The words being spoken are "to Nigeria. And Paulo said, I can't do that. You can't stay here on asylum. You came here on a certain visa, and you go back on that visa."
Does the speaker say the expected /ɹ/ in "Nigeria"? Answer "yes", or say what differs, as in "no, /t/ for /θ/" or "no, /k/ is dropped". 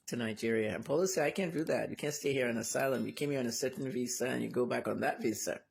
yes